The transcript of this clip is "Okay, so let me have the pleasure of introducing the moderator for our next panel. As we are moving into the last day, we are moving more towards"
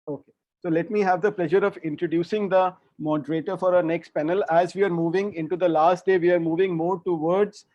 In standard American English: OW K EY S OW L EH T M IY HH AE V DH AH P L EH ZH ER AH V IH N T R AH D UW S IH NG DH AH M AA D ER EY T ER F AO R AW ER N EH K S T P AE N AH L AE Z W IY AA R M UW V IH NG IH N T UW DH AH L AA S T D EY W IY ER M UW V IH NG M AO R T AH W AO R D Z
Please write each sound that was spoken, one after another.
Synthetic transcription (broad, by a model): OW K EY S OW L EH T M IY HH AE V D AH P L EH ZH ER AH V IH N T R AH D UW S IH NG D AH M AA D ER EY T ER F AO R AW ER N EH K S T P AE N AH L AE Z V IY AA R M UW V IH NG IH N T UW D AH L AA S T D EY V IY ER M UW V IH NG M AO R T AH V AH R D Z